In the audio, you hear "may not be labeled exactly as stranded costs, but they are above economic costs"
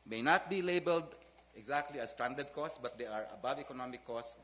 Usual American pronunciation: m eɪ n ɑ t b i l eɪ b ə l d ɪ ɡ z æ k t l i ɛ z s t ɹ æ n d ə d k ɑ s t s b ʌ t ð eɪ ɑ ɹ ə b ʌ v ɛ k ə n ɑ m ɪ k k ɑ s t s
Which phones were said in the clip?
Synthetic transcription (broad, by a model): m eɪ n ɑ t b i l eɪ b ə l d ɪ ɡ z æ k t l i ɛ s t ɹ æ n d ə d k ɑ s t s b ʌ t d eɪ ɑ ɹ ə b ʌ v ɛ k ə n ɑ m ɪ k k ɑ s s